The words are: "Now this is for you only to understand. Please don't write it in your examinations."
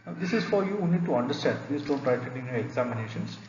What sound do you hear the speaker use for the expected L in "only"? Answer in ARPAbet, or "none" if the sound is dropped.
none